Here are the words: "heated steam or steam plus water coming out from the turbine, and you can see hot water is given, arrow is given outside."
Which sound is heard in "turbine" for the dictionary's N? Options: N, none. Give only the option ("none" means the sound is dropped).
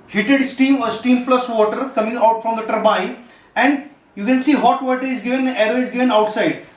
none